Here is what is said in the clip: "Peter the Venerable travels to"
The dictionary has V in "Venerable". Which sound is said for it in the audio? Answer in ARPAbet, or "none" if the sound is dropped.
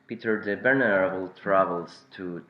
B